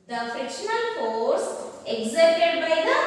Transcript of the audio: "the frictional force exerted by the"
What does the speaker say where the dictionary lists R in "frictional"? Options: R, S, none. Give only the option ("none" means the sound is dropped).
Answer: none